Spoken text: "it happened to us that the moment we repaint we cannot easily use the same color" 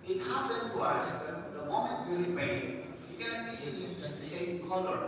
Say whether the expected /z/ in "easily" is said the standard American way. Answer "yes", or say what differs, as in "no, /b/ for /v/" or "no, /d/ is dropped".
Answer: no, /s/ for /z/